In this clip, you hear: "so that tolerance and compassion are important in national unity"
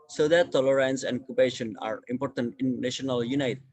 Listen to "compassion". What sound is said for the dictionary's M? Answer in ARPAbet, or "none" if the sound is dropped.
none